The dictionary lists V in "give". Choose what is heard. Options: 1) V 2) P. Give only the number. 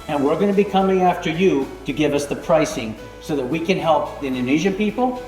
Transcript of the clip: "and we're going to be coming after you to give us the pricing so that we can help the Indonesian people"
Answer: 1